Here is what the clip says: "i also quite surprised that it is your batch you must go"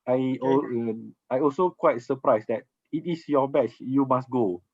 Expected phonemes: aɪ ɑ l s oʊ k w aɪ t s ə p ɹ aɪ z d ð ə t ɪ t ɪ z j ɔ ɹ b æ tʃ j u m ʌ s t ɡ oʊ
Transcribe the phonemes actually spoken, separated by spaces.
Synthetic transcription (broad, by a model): aɪ ɑ l s oʊ k w aɪ t s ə p ɹ aɪ s d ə t ɪ t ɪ s j ɔ b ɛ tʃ j u m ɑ s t ɡ oʊ